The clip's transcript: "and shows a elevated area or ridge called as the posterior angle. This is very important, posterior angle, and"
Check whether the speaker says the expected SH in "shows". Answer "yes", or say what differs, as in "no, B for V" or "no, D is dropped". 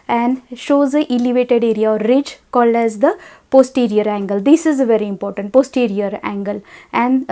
yes